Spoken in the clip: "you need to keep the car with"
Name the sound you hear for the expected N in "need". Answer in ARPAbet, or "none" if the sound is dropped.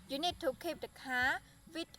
N